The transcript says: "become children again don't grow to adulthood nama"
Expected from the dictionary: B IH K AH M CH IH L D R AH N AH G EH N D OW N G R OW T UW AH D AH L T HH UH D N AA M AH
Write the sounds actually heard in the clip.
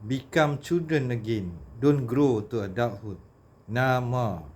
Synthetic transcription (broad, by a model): B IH K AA M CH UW D AH N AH G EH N D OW N G R OW T UW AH D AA T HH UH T N AA M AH